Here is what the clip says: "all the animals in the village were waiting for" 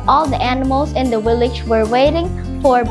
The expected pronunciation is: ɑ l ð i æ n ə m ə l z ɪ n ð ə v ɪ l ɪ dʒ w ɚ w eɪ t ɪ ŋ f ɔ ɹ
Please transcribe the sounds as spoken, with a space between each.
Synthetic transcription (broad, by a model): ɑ l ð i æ n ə m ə l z ɪ n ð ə w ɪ l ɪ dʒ w ɚ w eɪ t ɪ ŋ f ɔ ɹ